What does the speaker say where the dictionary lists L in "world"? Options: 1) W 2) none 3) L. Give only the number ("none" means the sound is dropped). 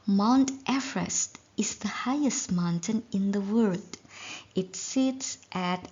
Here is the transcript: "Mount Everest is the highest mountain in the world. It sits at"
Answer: 2